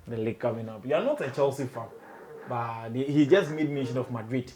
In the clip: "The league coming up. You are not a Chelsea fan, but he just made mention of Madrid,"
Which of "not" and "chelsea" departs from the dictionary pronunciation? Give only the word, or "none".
none